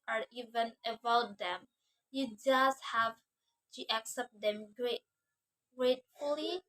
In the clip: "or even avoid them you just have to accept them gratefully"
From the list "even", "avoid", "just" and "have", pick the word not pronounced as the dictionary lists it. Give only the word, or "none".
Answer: avoid